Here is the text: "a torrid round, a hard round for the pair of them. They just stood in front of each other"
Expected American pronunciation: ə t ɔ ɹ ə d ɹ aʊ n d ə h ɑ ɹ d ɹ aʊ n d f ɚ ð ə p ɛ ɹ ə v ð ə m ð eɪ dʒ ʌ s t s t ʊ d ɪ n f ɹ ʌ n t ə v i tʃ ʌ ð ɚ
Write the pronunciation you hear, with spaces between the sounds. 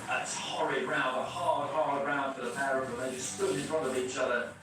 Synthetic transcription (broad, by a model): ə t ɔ ɹ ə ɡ ɹ aʊ n d ə h ɑ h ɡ ɹ aʊ n d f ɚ ð ə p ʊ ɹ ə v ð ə ð eɪ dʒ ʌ s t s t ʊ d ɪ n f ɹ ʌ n ə v i tʃ ʌ ð ɚ